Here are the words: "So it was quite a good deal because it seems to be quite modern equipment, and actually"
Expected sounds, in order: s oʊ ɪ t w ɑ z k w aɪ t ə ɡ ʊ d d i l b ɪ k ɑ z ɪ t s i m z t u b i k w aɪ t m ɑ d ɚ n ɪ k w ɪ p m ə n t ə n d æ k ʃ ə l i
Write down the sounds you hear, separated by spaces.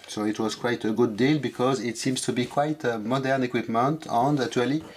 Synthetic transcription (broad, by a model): s oʊ ɪ t w ɑ z k w aɪ t ə ɡ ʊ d d i l b ɪ k ɑ z ɪ t s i m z t u b i k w aɪ t m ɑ d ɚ n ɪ k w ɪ p m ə n t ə n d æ k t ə l i